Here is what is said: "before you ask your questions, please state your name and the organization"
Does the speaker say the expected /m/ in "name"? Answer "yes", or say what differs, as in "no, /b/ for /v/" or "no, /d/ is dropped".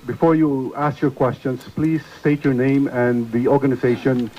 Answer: yes